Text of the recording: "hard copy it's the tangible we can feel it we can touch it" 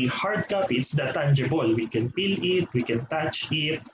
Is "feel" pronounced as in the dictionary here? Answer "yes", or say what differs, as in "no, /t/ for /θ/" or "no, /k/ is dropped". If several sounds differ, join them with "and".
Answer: no, /p/ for /f/